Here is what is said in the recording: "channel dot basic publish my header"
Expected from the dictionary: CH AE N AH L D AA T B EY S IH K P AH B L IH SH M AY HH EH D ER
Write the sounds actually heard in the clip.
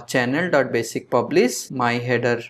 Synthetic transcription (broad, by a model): CH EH N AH L D AA T B EY S IH K P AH B L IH S M AY HH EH D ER